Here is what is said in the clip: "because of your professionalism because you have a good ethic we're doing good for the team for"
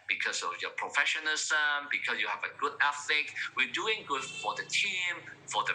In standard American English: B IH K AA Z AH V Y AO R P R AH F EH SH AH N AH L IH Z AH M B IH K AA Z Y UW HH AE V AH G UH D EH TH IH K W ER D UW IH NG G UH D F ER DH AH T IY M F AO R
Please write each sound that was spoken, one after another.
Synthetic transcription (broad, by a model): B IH K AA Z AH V Y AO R P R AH F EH SH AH N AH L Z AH M B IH K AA S Y UW HH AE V AH G UH D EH F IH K W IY D UW IH NG G UH D F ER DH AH T IY M F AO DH